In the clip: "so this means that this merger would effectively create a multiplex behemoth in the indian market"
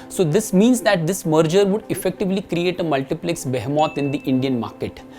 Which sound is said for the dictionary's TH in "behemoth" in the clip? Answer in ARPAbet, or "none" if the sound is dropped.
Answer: T